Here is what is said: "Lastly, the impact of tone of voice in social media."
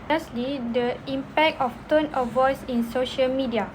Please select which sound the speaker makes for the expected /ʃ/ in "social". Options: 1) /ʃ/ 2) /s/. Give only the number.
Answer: 1